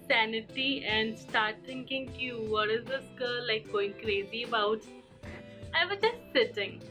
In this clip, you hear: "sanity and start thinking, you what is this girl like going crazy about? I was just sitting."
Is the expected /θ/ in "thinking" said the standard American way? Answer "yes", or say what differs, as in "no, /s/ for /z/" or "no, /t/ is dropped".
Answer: no, /t/ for /θ/